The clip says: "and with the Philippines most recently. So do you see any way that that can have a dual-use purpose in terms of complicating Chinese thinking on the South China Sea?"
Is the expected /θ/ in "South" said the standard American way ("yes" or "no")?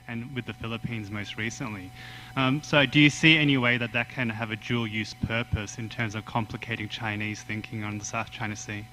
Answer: yes